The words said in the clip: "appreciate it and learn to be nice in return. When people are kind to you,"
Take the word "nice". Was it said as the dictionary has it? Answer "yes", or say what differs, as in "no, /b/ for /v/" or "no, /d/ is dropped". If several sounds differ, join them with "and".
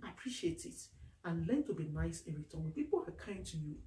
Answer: yes